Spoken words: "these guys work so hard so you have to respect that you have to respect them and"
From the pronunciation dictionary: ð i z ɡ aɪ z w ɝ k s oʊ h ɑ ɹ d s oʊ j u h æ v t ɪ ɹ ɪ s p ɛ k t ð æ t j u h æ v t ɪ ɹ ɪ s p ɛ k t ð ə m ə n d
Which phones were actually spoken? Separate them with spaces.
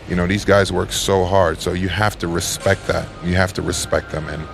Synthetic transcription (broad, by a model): ð i z ɡ aɪ z w ɝ k s oʊ h ɑ ɹ d s oʊ j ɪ h æ f t ɪ ɹ ɪ s p ɛ k t ð æ t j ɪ h æ f t ɪ ɹ ɪ s p ɛ k t ð ə m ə n